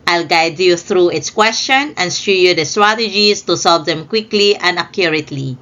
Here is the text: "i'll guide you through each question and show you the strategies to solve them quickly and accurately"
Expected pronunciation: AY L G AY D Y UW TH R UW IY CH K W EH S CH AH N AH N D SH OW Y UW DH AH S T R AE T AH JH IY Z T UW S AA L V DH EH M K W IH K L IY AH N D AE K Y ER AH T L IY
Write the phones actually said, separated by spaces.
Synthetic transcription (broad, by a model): AY L G AY D Y UW TH R UW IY S K W EH S CH AH N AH N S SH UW Y UW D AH S T R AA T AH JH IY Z T UW S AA L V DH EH M K W IH K L IY AH N D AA K Y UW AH T L IY